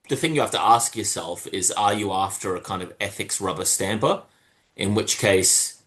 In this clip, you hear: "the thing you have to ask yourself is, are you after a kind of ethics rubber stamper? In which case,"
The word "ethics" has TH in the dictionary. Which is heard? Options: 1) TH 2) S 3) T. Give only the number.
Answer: 1